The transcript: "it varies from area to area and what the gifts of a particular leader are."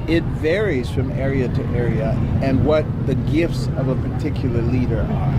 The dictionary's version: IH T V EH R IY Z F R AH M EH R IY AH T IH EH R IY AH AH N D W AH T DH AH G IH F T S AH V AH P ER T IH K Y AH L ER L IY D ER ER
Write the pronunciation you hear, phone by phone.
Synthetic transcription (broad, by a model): IH T V EH R IY Z F R AH M EH R IY AH T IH EH R IY AH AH N W AH T DH AH G IH F T S AH V AH P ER T IH K Y L ER L IY D ER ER